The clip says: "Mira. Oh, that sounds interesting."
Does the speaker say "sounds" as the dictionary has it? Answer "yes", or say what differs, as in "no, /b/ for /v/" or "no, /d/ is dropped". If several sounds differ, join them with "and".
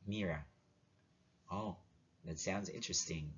yes